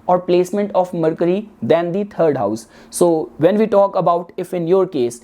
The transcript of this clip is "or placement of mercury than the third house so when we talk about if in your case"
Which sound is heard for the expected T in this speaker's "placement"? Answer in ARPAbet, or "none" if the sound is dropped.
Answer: T